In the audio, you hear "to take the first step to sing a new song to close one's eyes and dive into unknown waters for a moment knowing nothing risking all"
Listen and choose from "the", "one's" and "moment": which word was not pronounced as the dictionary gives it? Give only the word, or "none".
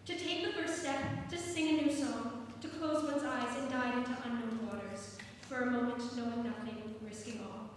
none